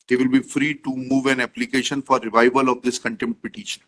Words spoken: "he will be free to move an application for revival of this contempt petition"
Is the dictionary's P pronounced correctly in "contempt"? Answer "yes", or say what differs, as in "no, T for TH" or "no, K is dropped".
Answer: no, P is dropped